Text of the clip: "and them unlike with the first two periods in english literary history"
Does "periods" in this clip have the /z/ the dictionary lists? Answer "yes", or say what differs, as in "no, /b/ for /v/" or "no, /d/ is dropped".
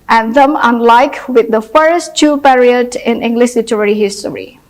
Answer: no, /z/ is dropped